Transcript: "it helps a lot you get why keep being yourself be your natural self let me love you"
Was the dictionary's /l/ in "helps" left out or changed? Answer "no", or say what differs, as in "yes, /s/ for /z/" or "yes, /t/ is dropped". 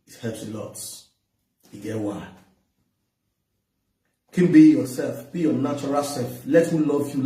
yes, /l/ is dropped